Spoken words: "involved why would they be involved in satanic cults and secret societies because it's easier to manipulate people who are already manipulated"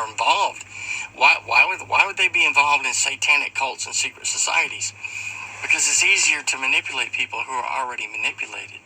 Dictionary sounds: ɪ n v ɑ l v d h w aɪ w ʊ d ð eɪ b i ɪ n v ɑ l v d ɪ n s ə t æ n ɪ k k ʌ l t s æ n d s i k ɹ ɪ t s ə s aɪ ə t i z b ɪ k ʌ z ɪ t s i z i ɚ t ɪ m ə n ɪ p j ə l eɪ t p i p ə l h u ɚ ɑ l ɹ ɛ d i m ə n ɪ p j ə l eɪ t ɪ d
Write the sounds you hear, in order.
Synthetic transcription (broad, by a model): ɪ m v ɑ l v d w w aɪ w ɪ d ð eɪ b i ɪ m v ɑ l v d ɪ n s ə t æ n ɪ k k ʌ l t s n s i k ɹ ɪ t s ə s aɪ ə t i z b ɪ k ʌ z ɪ t s i z i ɚ t ɪ m ə n ɪ p j ə l eɪ t p i p l h u ɚ l ɹ ɛ d i m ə n ɪ p j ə l eɪ t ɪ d